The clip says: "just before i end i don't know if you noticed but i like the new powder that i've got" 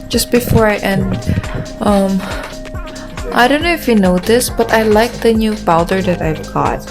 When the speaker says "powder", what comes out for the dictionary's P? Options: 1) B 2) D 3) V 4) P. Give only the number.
1